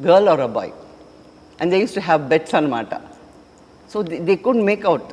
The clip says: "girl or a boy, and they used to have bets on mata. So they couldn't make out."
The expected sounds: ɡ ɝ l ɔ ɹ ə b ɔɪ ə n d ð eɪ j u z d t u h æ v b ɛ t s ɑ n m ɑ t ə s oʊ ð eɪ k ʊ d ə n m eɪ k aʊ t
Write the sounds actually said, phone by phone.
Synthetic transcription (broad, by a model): ɡ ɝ l ɔ ɹ ə b ɔɪ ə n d eɪ j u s t u h æ v b ɛ t s ɑ n m ɑ t ə s oʊ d eɪ k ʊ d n m eɪ k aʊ t